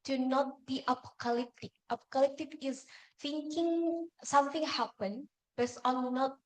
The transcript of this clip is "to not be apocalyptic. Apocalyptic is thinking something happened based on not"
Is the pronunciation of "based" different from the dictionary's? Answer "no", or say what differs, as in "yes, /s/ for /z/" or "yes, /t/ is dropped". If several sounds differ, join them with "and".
yes, /t/ is dropped